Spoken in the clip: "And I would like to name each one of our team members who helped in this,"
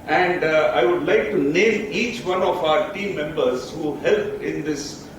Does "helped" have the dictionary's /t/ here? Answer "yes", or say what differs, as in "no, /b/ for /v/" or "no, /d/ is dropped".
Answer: no, /t/ is dropped